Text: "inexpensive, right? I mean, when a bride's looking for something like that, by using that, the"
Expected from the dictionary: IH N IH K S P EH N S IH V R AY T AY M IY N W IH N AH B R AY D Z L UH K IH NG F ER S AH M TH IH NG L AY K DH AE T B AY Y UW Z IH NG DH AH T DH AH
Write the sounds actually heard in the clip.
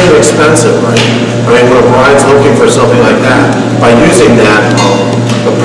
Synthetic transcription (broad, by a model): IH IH K S P EH N S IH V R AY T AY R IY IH L AH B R AY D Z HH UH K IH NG F ER S AH M TH IH NG L AY K DH AE T B AY Y UW Z IH NG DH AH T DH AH